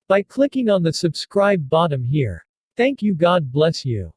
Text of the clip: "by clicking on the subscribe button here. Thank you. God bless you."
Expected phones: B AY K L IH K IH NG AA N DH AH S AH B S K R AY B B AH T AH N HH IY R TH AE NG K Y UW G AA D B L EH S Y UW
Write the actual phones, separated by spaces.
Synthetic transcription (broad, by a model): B AY K L IH K IH NG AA N DH AH S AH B S K R AY B B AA T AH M HH IY R TH AE NG K Y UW G AA D B L EH S Y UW